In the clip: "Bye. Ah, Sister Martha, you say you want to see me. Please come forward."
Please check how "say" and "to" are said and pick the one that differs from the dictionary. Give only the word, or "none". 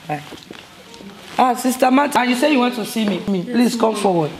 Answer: to